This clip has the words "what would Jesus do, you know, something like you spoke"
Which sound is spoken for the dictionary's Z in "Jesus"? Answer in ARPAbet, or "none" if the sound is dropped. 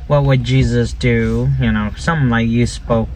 Z